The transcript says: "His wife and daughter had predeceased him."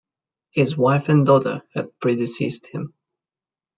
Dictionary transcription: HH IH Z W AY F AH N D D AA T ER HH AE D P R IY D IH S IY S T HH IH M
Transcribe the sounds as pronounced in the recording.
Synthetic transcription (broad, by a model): HH IH Z W AY F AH N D D AA T ER HH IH D P R IY D IH S IY S T HH IH M